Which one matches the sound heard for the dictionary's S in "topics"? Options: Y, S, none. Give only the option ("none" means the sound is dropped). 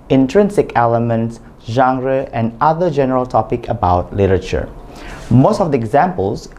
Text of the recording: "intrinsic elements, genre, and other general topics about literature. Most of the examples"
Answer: none